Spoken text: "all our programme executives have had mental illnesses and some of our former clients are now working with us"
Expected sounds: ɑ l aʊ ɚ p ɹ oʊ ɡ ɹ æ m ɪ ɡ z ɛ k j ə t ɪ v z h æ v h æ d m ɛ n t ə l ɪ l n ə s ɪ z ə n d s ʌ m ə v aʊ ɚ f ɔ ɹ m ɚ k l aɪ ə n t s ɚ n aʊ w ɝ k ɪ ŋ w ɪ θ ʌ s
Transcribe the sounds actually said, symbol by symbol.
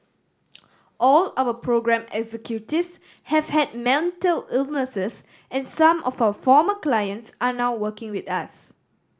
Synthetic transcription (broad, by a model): ɑ l aʊ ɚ p ɹ oʊ ɡ ɹ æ m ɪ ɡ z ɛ k j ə t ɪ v s h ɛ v h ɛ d m ɛ n t ə l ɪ l n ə s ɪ s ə n s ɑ m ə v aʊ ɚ f ɔ m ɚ k l aɪ ə n t s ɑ n aʊ w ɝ k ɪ ŋ w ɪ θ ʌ s